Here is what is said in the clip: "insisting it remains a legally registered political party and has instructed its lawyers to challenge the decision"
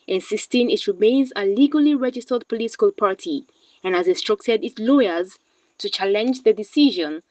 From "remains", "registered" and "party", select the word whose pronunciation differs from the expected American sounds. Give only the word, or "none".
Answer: none